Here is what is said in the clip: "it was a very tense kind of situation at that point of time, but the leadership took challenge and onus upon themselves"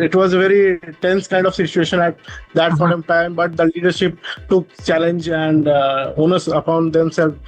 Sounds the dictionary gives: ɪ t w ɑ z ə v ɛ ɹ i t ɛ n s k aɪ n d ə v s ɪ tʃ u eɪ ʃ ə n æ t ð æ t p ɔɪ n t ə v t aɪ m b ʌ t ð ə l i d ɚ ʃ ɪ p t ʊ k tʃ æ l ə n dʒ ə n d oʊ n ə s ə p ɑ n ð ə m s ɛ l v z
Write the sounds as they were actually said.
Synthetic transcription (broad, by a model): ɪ t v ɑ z ə v ɛ ɹ i t ɛ n s k aɪ n d ə v s ɪ tʃ u eɪ ʃ ə n æ t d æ t f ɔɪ t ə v t aɪ m b ʌ t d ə l i d ɚ ʃ ɪ p t ʊ k tʃ æ l ə n dʒ ə n d oʊ n ə s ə p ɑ n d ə m s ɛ l